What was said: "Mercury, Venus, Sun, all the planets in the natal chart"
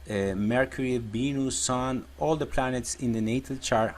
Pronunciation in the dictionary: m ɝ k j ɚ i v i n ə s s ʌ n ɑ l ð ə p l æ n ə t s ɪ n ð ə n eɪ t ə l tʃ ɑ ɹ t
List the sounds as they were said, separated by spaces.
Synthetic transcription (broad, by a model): m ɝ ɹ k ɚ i b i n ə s s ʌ n ɑ l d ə p l æ n ə t s ɪ n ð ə n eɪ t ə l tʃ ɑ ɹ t